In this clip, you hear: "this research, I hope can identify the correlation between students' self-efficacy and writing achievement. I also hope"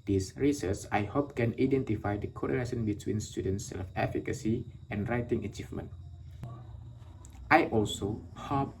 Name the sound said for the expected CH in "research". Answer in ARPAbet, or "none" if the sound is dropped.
S